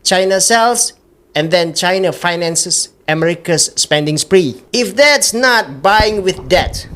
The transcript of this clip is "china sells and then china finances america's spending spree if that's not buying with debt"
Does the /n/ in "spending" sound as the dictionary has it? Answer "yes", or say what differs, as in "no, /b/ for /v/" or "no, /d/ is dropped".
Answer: yes